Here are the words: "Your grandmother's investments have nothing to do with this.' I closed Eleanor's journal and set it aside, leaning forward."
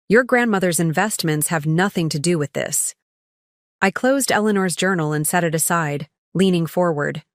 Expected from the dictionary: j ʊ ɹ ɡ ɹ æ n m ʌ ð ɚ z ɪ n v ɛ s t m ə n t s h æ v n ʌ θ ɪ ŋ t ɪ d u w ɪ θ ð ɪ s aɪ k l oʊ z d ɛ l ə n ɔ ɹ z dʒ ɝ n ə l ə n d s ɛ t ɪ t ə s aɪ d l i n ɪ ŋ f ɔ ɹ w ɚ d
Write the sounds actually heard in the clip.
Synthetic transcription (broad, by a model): j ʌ ɹ ɡ ɹ æ n m ʌ ð ɚ z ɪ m v ɛ s t m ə n t s h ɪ v n ʌ θ ɪ ŋ t ɪ d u w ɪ ð ɪ s aɪ k l oʊ z d ɛ l ə n ɔ ɹ z dʒ ɝ n l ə n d s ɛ t ɪ t ə s aɪ d l i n ɪ ŋ f ɔ ɹ w ɚ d